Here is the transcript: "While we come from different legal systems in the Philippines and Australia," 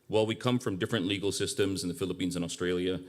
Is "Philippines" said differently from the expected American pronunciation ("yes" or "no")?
no